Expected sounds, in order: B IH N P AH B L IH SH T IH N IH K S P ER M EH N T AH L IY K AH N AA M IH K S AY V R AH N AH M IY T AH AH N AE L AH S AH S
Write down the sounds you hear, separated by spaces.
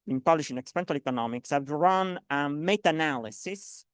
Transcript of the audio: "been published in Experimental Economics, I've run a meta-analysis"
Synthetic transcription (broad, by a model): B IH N P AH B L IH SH IH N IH K S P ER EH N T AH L IY K AH N AA M IH K S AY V R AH N AH M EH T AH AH N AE L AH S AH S